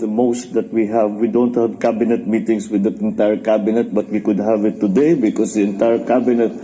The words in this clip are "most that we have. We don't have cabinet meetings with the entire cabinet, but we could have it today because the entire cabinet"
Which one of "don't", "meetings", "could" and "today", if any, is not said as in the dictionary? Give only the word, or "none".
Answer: meetings